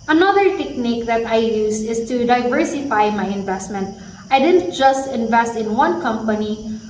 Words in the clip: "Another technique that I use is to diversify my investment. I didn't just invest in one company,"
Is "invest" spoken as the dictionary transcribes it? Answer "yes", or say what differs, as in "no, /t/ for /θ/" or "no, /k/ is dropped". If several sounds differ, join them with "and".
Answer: yes